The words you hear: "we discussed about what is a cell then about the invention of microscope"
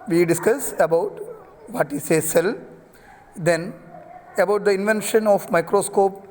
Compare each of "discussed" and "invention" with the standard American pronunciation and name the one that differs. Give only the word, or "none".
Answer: discussed